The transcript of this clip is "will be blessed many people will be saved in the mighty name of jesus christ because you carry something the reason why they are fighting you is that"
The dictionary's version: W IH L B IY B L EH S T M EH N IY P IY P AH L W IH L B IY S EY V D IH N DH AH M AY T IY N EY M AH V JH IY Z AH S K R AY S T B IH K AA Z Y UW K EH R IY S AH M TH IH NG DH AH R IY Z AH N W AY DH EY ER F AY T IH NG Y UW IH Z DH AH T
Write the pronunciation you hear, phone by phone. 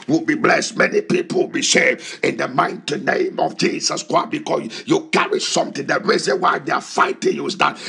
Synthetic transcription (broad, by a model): W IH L B IY B L EH S T M EH N IY P IY P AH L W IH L B IY SH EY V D IH N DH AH M AY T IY N EY M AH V JH IY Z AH S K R AY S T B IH K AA S Y UW K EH R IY S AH M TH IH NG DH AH R IY Z AH N W AY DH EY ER F AY T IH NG Y UW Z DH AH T